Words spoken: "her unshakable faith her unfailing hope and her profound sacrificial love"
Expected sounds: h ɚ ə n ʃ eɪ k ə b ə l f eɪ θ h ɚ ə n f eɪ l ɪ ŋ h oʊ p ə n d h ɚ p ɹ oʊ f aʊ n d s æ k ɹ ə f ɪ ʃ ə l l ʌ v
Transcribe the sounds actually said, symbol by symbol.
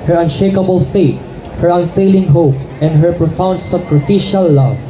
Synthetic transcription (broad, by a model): h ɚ ə n ʃ eɪ k ə b ə l f eɪ t h ɚ ə n f eɪ l ɪ ŋ h oʊ p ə n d h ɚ p ɹ oʊ f aʊ n d s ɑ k ɹ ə f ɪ ʃ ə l l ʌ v